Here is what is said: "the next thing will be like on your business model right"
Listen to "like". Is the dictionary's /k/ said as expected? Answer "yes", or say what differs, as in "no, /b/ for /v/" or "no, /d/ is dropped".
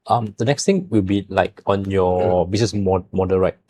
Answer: yes